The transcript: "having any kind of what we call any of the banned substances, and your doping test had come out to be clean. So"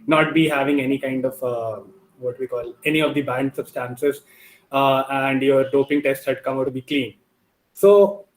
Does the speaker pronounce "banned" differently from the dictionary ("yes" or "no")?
no